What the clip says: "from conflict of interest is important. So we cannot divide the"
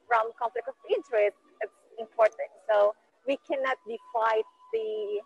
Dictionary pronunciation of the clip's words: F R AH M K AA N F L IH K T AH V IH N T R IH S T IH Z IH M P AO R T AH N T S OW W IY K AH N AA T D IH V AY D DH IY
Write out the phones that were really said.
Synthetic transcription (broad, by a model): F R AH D K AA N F L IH K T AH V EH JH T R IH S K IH S IH M P AO R T AH N T S OW W IY K AH N AA T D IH F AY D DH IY